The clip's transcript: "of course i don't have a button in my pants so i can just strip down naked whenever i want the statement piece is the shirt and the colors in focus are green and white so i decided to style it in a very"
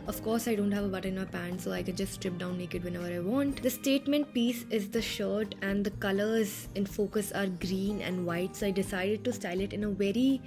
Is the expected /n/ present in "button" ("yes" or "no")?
no